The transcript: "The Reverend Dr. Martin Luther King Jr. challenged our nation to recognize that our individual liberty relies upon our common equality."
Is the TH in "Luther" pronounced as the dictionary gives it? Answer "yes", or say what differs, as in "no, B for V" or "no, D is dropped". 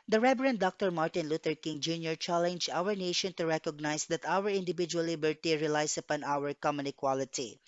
no, T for TH